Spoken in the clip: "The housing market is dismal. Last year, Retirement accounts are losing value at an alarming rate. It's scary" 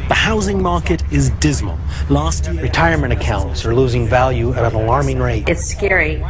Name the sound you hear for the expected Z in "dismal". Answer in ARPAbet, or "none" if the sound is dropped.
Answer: Z